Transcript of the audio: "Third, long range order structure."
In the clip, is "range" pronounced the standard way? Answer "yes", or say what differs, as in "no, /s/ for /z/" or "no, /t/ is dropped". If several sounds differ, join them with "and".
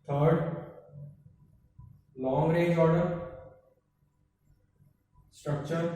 no, /n/ is dropped